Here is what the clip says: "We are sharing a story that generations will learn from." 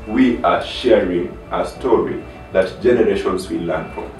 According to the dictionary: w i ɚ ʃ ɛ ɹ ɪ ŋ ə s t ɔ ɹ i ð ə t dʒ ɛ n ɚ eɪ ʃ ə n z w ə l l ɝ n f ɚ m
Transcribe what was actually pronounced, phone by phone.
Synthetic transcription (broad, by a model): w i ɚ ʃ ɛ ɹ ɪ ŋ ə s t ɔ ɹ i ð ə t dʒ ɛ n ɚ eɪ ʃ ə n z w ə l l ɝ n f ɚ